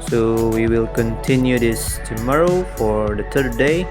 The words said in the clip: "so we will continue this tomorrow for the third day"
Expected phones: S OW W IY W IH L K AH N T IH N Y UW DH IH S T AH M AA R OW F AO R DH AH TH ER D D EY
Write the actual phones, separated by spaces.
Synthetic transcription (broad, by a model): S OW W IY W IH L K AH N T IH N Y UW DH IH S T AH M AA R OW F AO R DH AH T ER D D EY